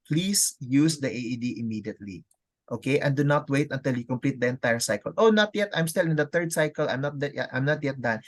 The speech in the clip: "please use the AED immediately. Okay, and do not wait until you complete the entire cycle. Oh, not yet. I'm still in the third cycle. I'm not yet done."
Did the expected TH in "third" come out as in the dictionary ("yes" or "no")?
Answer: no